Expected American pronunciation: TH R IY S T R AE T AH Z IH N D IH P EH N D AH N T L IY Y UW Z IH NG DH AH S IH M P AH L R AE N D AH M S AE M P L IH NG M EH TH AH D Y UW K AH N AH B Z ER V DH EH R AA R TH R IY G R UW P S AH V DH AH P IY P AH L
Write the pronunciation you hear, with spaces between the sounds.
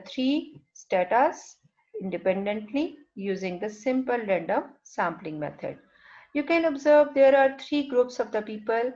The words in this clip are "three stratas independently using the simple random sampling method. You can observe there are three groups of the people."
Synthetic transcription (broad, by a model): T R IY S T AE T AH S IH N D IH P EH N D AH N T L IY Y UW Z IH NG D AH S IH M P AH L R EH N D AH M S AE M P L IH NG M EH T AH D Y UW K AH N AH B Z ER V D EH R AA R T R IY G R UW P S AH V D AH P IY P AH L